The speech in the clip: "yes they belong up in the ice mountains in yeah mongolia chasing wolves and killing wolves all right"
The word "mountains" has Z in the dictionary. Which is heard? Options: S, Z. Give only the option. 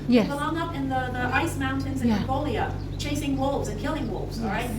Z